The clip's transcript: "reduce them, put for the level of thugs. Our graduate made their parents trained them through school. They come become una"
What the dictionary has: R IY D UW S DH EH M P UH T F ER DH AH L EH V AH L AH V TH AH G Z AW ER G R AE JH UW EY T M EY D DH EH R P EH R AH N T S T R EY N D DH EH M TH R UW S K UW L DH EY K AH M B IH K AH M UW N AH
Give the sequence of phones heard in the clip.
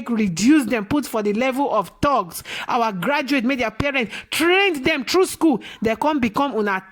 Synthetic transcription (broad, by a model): R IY D UW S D EH M P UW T F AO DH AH L EH V AH L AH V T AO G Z AW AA G R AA JH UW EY T M EY D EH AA P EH R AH N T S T R EY N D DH EH M T R UW S K UW L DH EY K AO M B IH K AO M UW N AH